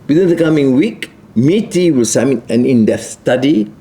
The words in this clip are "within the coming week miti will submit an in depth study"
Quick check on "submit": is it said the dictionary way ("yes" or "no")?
no